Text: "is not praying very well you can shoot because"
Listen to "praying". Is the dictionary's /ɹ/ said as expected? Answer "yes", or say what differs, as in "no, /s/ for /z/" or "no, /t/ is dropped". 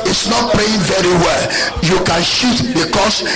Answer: no, /l/ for /ɹ/